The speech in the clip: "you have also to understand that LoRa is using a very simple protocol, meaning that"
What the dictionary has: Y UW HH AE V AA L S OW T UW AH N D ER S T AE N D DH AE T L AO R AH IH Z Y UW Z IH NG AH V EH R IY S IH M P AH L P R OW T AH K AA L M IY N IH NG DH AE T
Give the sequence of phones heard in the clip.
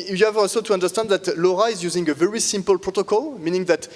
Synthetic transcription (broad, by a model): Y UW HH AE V AA L S OW T UW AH N D ER S T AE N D DH AE T L AO R AH IH Z Y UW Z IH NG AH V EH R IY S IH M P AH L P R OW T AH K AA L M IY N IH NG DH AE T